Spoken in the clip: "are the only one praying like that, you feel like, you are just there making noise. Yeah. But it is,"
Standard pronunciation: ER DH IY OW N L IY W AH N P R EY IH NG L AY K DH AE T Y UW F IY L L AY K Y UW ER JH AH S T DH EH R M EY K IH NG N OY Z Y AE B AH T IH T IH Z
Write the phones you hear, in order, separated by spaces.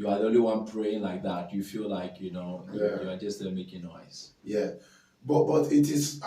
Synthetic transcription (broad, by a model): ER DH IY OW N L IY W AH N P R EY IH NG L AY K DH AE T Y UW F IY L L AY K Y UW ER JH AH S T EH L M EY K IH NG N OY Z Y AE B AH T IH T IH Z